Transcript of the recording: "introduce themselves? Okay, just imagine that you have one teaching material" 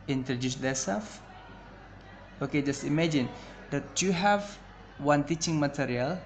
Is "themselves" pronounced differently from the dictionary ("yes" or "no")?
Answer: yes